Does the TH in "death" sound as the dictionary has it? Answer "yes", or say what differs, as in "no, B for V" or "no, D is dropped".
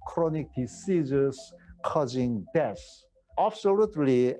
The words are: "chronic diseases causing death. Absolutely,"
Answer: no, S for TH